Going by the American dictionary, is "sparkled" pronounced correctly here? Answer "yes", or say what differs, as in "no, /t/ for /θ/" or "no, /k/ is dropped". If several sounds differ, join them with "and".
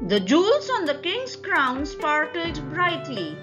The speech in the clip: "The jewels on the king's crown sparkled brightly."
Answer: no, /l/ is dropped